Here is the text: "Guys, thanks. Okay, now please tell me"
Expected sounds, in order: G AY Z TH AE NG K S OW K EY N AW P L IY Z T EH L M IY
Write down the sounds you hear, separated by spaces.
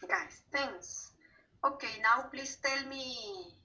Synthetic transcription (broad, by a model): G AY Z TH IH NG S OW K EY N AW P L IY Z T EH L M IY